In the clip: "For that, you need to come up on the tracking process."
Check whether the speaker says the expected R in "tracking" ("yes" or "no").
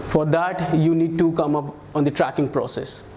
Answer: yes